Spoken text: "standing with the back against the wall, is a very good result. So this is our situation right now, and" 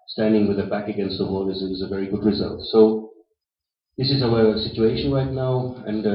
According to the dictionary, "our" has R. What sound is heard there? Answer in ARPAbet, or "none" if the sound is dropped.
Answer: W